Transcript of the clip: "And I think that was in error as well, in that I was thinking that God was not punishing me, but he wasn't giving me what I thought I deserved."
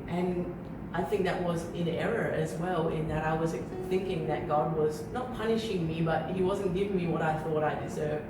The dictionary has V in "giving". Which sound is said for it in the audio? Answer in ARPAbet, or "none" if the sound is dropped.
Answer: V